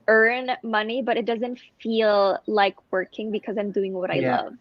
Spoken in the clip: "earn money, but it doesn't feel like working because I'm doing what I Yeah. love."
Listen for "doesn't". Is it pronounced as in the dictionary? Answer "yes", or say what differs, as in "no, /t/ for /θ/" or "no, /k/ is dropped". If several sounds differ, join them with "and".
yes